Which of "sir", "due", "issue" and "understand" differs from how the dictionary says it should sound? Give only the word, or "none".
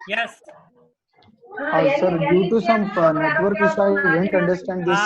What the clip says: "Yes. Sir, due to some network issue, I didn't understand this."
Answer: issue